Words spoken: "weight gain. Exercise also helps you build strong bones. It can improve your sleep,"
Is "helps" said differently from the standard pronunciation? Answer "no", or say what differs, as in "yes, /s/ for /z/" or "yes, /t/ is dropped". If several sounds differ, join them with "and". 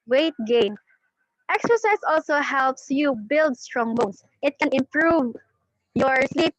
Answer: no